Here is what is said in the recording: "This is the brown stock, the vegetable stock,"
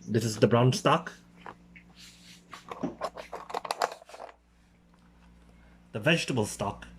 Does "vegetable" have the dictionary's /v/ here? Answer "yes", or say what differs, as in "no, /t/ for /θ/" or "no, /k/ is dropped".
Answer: yes